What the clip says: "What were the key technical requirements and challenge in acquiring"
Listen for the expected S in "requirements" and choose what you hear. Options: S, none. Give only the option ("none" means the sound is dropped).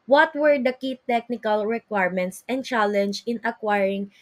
S